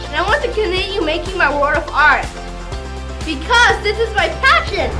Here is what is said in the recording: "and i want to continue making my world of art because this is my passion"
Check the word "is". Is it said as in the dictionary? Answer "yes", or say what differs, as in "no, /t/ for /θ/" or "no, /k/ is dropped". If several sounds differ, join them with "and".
yes